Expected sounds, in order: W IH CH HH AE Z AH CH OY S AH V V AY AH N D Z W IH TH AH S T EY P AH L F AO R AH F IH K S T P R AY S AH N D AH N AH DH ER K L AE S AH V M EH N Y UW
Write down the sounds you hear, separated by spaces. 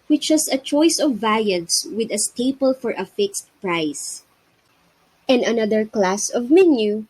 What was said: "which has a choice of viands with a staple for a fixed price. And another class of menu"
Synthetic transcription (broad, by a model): W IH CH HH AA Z AH CH OY S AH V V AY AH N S W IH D AH S T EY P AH L F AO R AH F IH K S T P R AY S AH N D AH N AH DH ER K L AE S AH V M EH N Y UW